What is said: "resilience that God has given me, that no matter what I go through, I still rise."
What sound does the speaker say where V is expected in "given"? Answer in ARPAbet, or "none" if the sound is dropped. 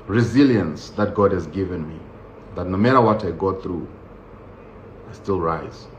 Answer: V